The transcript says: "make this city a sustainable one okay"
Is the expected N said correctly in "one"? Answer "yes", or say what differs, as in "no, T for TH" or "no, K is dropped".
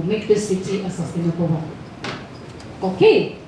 no, N is dropped